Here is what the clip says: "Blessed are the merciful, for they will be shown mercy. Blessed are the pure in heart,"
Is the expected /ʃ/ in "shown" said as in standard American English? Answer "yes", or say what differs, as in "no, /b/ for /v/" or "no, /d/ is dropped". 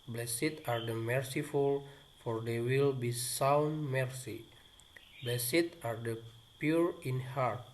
no, /s/ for /ʃ/